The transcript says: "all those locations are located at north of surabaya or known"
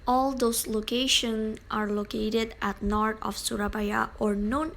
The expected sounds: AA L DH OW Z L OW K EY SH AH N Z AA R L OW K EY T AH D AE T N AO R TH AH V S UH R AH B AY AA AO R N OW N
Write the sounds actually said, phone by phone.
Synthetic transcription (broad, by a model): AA L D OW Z L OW K EY SH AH N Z AA R L OW K EY T AH D AE T N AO R T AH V S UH R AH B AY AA AO R N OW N